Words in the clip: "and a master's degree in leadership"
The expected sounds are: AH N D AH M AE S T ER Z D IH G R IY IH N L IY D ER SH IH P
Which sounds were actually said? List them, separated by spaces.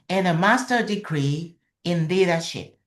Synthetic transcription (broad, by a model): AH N AH M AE S T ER D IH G R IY IH N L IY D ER SH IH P